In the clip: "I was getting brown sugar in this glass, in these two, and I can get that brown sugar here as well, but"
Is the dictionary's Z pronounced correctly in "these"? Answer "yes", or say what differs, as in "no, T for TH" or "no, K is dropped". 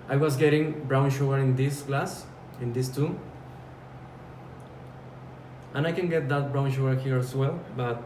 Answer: no, S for Z